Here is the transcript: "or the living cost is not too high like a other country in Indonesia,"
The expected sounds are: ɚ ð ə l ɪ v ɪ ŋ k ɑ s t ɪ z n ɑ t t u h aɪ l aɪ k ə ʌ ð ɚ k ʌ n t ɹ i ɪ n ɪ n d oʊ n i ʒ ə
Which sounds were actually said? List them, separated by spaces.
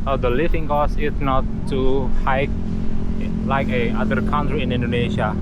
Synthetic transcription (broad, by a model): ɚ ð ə l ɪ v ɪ ŋ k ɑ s ɪ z n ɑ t t u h aɪ l aɪ k ə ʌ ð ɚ k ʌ n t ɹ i ɪ n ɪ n d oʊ n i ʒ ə